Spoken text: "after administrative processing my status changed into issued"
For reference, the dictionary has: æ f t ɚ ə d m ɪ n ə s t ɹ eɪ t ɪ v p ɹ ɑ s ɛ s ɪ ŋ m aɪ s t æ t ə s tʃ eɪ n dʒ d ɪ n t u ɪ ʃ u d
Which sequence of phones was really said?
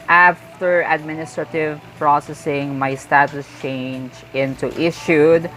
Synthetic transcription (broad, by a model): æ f t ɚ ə d m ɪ n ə s t ɹ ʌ t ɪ v p ɹ ɑ s ɛ s ɪ ŋ m aɪ s t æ t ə s tʃ eɪ n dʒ ɪ n t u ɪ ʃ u d